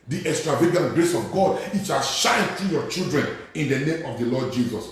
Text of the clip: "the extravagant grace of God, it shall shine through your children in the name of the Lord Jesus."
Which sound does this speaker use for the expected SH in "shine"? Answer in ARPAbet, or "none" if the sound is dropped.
SH